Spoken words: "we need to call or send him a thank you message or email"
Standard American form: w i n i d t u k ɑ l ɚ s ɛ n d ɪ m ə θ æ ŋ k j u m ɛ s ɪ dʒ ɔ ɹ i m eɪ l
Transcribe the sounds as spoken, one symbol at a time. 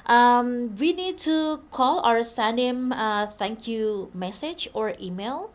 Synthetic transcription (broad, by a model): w i n i d t u k ɑ l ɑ s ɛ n ɪ m ə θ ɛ ŋ k j u m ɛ s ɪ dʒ ɔ ɹ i m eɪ l